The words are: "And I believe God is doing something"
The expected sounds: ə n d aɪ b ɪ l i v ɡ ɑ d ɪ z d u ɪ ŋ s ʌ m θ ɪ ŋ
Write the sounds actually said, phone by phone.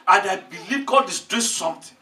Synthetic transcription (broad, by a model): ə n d aɪ b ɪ l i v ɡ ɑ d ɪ s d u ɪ s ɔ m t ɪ